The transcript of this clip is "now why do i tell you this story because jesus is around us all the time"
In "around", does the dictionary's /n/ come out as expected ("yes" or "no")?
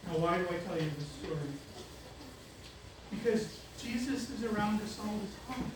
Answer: yes